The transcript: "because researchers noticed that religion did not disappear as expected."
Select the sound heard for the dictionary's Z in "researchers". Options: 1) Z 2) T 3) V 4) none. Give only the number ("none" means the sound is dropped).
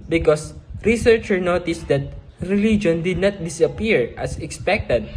4